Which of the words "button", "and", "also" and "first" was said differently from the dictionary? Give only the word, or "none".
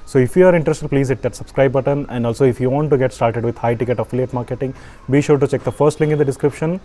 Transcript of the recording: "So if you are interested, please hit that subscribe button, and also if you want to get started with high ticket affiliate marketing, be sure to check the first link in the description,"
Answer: none